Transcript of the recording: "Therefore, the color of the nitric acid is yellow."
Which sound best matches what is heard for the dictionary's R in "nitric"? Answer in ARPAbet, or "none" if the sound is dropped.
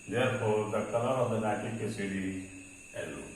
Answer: none